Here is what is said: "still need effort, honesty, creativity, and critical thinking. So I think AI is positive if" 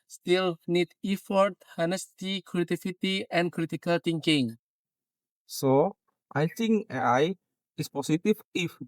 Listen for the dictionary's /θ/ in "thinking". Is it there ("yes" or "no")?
no